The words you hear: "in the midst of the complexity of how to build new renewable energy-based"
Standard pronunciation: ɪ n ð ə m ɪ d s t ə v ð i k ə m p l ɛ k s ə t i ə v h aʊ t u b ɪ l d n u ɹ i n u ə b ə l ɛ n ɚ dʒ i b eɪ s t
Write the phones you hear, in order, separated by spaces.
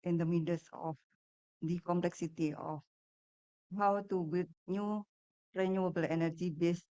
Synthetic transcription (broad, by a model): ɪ n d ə m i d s ə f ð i k ə m p l ɛ k s ə t i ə f h aʊ t u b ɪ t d n u ɹ i n u ə b ə l ɛ n ɚ dʒ i b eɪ s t